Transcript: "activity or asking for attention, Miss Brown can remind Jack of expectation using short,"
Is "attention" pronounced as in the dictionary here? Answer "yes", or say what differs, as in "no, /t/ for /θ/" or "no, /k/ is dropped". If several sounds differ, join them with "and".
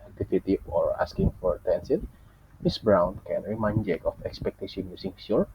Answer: no, /s/ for /ʃ/